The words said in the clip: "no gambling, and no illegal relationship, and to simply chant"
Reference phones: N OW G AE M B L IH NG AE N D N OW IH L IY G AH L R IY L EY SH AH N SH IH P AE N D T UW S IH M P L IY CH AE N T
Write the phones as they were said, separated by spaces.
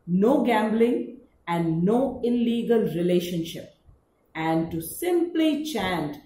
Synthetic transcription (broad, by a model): N OW G AE M B L IH NG AE N D N OW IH L IY G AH L R IY L EY SH AH N SH IH P AE N D T UW S IH M P L IY CH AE N T